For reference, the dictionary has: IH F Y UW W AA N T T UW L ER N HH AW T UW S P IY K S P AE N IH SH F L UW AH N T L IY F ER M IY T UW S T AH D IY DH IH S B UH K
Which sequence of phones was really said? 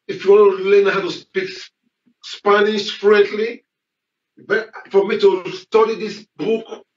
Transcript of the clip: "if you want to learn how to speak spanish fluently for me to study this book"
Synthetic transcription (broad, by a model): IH F Y UW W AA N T T UW L ER N HH AW T UW S P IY K S P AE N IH S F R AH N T L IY F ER M IY T UW S T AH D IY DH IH S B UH K